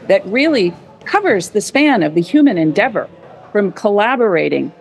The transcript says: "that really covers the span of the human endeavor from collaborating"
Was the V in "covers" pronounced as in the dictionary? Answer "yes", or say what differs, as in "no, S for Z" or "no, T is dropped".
yes